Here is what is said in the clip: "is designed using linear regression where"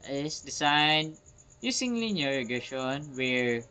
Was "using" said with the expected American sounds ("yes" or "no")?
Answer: no